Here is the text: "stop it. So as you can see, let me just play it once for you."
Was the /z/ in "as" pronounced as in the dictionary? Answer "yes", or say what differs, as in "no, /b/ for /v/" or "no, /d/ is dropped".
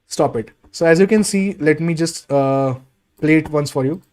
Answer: yes